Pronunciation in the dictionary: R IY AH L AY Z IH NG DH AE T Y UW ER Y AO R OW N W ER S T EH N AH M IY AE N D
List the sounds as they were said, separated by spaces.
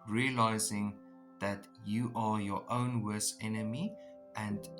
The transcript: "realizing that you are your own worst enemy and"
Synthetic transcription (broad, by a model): R IY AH L AY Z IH NG DH AE T Y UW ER Y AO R OW N W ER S EH N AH M IY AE N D